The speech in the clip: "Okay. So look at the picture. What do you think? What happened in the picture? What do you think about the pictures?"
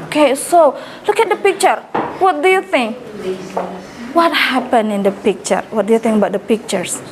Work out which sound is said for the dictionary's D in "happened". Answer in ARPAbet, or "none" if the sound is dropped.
none